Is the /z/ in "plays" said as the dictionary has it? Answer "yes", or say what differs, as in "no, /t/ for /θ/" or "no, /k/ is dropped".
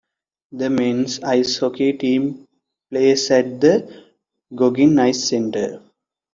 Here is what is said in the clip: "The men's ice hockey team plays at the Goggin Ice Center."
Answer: no, /s/ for /z/